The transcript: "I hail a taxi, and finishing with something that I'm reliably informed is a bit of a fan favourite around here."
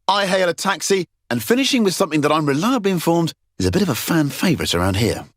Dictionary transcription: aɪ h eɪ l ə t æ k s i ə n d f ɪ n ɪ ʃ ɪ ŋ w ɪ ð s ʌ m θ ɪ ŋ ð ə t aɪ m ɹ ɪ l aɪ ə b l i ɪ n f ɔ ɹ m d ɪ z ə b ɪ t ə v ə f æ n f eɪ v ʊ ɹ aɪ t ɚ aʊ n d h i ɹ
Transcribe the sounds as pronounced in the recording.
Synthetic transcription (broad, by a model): aɪ h eɪ l ə t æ k s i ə n f ɪ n ɪ ʃ ɪ ŋ w ɪ ð s ʌ m θ ɪ ŋ ð ə t aɪ m ɹ ɪ l aɪ ə b l i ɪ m f ɔ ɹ m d ɪ z ə b ɪ t ə v ə f æ n f eɪ v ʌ ɹ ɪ t ɚ aʊ n d h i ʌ